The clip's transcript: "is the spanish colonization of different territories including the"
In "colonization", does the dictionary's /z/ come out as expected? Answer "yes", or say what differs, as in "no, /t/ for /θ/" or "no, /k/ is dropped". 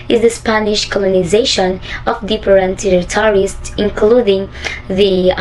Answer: yes